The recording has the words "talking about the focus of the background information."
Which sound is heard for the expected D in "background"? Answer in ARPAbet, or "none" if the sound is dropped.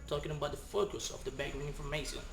none